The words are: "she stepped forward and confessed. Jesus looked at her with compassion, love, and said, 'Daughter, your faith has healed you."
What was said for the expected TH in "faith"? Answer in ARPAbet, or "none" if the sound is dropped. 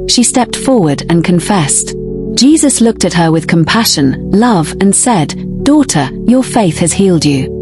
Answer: TH